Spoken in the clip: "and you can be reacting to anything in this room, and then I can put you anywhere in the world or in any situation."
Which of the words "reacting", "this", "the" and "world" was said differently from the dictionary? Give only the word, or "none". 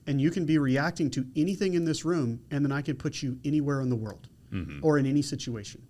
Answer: none